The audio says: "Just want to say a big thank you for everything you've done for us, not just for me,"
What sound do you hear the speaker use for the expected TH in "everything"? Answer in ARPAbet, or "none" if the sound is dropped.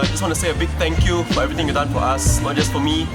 T